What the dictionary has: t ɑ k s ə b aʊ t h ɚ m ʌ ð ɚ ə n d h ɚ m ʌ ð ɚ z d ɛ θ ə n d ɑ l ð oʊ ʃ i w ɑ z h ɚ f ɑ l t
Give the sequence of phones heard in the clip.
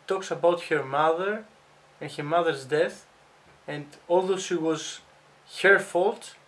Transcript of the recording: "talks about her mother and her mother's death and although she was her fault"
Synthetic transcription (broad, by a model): t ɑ k s ə b aʊ t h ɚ m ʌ ð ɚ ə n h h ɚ m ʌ ð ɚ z d ɛ θ ə n d ɑ l ð oʊ ʃ i w ɑ z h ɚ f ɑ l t